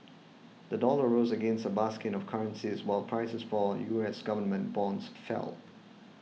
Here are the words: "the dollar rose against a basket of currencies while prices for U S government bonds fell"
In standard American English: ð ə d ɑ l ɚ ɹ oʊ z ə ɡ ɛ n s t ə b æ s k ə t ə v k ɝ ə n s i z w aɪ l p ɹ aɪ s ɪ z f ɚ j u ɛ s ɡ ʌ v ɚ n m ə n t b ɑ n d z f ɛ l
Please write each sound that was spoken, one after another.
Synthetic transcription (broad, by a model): ð ə d ɑ l ɚ ɹ oʊ z ə ɡ ɛ n s t ə b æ s k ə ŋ ə v k ɝ ə n s i z w aɪ l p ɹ aɪ s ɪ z f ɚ j u ɛ s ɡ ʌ v ɚ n m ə n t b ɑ n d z f ɛ l